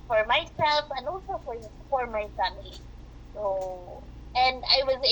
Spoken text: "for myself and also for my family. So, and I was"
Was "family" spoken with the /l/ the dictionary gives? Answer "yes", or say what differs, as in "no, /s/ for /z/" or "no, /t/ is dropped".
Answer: no, /l/ is dropped